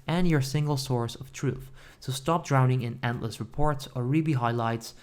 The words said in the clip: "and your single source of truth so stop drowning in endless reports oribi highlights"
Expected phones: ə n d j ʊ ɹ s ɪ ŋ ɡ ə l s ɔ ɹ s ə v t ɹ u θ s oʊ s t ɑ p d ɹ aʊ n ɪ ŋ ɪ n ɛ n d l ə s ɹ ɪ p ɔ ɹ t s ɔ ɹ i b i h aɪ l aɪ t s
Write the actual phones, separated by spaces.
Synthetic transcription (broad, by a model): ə n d j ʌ ɹ s ɪ ŋ ɡ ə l s ɔ ɹ s ə v t ɹ u θ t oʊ s t ɑ p d ɹ aʊ n ɪ ŋ ɪ n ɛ n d l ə s ɹ ɪ p ɔ ɹ t s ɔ ɹ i b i h aɪ l aɪ t s